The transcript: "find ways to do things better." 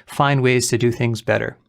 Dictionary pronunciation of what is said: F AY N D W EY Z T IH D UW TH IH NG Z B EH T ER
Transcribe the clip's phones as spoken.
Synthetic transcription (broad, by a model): F AY N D W EY Z T IH D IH TH IH NG Z B EH T ER